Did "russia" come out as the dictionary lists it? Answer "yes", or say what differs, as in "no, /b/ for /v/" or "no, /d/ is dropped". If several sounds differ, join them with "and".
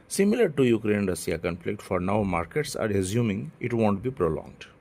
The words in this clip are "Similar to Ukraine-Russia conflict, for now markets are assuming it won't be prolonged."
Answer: no, /s/ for /ʃ/